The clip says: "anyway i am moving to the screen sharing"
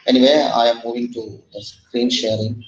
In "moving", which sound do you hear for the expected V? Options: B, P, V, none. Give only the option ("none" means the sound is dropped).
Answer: V